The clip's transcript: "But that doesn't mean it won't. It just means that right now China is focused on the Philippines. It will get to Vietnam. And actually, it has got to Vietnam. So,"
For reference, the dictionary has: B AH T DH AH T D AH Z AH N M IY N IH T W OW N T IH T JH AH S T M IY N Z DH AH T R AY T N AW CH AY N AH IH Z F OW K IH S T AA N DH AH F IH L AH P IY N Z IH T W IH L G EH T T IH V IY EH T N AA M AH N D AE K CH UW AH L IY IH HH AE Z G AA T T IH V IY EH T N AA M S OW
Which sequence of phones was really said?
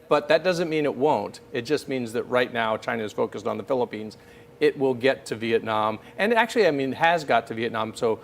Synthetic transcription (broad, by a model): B AH T DH AH T D AH Z AH N M IY N IH T W OW N T IH T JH AH S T M IY N Z DH AH T R AY T N AW CH AY N AH IH Z F OW K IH S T N DH AH F IH L AH P IY N Z IH T W IH L G EH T T IH V IY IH T N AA M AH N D AE K CH UW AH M IY IH HH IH Z G AA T T IH V IY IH T N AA M S OW